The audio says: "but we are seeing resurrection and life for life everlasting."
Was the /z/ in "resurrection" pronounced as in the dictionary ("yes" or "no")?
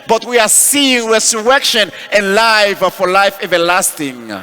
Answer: no